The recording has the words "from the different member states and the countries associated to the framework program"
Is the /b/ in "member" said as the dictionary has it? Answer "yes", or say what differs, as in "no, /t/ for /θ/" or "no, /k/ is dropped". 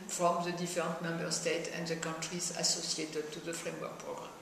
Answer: yes